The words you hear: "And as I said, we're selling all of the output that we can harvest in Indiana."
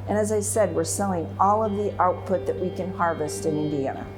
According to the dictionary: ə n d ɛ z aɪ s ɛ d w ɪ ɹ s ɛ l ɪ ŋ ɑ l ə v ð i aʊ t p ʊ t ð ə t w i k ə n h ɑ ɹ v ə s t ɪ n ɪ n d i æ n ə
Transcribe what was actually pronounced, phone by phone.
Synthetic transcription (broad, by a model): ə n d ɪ z aɪ s ɛ d w ɪ ɹ s ɛ l ɪ ŋ ɑ l ə v ð i aʊ t p ʊ t ð ə t w i k ə n h ɑ ɹ v ə s t ɪ n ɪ n d i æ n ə